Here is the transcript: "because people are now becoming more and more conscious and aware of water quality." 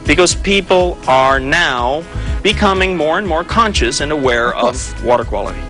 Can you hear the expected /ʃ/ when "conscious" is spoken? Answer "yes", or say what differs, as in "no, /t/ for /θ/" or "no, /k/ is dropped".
yes